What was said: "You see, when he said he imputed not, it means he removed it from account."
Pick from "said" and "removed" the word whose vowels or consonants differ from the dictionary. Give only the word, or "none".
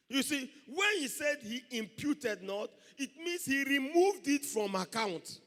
none